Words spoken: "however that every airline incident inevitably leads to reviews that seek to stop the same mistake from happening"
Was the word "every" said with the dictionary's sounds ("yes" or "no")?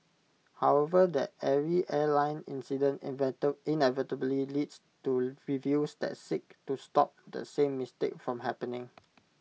no